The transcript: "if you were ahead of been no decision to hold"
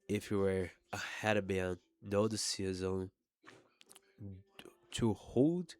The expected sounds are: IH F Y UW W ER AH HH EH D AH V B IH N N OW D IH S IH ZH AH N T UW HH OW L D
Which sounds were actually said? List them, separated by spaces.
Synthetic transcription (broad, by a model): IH F Y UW W ER AH HH EH D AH B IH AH N OW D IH S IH Z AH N T UW HH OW L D